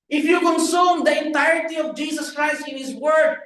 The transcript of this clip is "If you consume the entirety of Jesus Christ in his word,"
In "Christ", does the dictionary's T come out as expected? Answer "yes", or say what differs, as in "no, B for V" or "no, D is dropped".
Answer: yes